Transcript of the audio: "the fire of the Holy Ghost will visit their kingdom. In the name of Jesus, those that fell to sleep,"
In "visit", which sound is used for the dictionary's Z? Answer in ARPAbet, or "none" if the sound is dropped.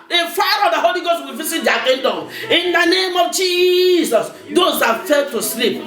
S